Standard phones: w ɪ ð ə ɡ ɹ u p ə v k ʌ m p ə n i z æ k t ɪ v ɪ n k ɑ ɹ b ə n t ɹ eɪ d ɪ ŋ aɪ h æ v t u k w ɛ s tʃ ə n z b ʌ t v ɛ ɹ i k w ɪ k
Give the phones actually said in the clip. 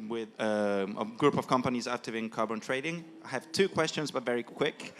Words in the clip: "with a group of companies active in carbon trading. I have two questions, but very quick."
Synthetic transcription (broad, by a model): w ɪ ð ə ɡ ɹ u p ə v k ʌ m p ə n i z æ k t ɪ v ɪ n k ɑ ɹ b ə n t ɹ eɪ d ɪ ŋ aɪ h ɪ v t u k w ɛ s tʃ ə n z b ʌ t v ɛ ɹ i k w ɪ k